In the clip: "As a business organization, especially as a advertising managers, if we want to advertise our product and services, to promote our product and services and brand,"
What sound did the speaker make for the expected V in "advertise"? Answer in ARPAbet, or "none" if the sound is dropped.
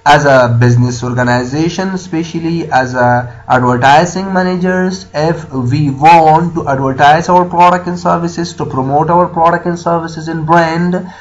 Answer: V